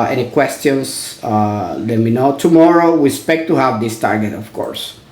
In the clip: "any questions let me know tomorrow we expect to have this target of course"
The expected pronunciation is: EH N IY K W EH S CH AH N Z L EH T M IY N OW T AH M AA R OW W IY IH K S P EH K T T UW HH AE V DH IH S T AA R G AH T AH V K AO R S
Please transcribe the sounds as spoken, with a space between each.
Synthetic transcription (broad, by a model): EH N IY K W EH S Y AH N S L EH T M IY N OW T AH M AA R OW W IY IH S P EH K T T UW HH AE V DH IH S T AA R G AH T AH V K AO R S